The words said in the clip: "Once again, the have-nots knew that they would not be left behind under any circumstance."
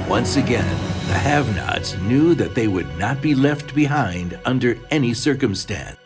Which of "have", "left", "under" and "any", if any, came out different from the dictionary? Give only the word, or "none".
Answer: none